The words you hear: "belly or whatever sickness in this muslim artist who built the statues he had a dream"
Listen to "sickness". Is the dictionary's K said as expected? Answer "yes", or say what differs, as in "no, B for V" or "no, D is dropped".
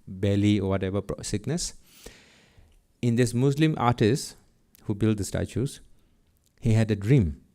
yes